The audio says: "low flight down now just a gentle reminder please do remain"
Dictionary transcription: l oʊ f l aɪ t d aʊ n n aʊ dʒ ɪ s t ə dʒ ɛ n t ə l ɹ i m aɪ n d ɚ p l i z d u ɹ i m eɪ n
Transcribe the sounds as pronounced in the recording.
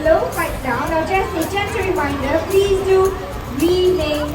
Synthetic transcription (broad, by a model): l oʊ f aɪ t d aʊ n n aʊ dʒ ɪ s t ə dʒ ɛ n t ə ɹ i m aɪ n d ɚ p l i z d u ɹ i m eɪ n